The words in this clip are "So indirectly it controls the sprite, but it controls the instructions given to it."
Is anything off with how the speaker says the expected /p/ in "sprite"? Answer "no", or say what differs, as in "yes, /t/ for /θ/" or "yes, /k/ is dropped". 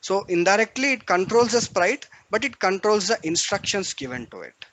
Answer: no